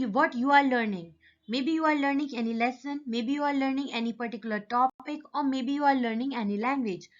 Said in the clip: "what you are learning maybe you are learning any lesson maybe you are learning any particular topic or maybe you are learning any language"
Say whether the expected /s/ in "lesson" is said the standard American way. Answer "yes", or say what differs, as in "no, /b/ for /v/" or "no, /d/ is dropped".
yes